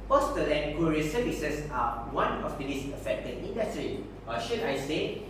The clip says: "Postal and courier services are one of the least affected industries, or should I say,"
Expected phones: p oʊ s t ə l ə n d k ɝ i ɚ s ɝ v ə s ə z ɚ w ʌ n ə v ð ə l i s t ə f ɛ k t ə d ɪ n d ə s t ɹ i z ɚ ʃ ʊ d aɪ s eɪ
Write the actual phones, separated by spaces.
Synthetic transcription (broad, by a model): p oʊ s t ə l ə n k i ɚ s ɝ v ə s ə s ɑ w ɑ n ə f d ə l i s ə f ɛ k t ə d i n d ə s t ɹ i ɚ ʃ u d aɪ s eɪ